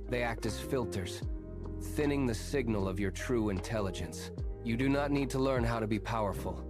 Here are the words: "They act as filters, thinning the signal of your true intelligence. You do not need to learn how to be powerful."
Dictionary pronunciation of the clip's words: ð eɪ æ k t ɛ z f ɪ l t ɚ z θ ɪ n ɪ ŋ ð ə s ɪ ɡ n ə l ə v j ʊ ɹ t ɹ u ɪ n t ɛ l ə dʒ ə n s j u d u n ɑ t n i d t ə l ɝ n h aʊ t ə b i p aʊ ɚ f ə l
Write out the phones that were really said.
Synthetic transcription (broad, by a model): ð eɪ æ k t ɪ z f ɪ l t ɚ z θ ɪ n ɪ ŋ ð ə s ɪ ɡ n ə l ə v j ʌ ɹ t ɹ u ɪ n t ɛ l ə dʒ ə n s j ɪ d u n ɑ t n i d t ə l ɝ n h aʊ t ə b i p aʊ ɚ f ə l